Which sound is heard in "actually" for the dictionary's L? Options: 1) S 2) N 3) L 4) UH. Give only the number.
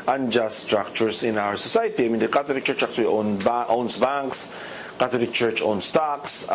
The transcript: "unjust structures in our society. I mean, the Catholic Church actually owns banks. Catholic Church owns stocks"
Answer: 2